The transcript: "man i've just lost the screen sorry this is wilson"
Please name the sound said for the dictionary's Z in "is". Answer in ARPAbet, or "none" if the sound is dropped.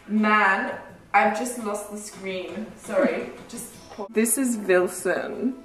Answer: Z